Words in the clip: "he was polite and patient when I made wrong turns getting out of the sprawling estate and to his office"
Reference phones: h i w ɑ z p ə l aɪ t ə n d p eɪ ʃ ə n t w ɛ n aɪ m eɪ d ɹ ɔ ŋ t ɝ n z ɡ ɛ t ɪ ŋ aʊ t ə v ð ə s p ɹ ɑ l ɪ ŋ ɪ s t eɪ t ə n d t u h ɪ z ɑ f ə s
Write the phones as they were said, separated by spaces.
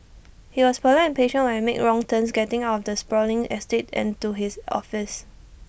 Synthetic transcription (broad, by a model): h i w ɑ s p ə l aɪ ə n p eɪ ʃ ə n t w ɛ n m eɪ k ɹ ɔ ŋ t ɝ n s ɡ ɛ t ɪ ŋ aʊ t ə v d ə s p ɹ ɑ l ɪ ŋ ɪ s t eɪ t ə n t u h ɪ s ɑ f ə s